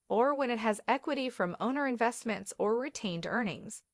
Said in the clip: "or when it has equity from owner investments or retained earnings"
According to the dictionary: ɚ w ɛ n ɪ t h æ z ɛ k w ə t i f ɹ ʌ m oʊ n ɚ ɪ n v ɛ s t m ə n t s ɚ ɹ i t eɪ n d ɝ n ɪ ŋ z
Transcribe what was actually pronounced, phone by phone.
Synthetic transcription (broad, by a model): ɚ w ɛ n ɪ t h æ z ɛ k w ə t i f ɹ ʌ m oʊ n ɚ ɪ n v ɛ s t m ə n t s ɚ ɹ i t eɪ n d ɝ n ɪ ŋ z